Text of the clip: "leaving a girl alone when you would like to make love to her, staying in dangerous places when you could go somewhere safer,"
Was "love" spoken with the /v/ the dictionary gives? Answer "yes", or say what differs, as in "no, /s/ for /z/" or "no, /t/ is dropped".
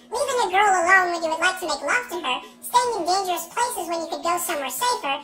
no, /f/ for /v/